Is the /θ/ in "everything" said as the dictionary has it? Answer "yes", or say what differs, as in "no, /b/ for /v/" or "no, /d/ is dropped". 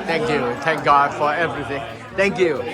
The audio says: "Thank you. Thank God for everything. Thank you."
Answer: yes